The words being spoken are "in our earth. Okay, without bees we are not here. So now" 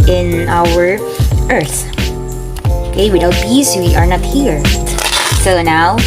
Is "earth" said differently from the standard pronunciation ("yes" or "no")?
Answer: no